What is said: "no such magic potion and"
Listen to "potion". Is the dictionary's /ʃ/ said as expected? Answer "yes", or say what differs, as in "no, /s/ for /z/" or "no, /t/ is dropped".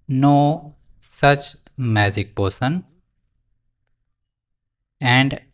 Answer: no, /s/ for /ʃ/